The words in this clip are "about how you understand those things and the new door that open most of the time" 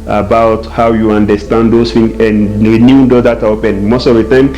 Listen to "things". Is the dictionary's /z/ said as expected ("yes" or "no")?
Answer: no